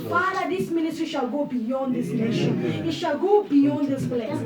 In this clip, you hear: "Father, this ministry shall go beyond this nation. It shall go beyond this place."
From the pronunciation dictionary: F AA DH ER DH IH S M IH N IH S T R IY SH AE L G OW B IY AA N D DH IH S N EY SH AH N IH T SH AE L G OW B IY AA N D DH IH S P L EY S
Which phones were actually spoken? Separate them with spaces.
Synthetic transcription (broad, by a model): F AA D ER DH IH S M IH N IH T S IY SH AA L G OW B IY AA N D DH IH S N EY SH AH N IH T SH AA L G OW B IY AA N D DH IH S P L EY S